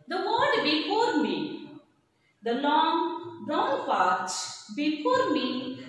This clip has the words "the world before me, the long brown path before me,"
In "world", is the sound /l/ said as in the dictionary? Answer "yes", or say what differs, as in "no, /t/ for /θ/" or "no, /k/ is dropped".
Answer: no, /l/ is dropped